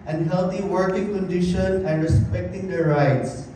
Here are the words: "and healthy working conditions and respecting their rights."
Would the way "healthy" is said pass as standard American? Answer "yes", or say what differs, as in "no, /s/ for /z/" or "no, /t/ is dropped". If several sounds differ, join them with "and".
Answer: no, /t/ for /θ/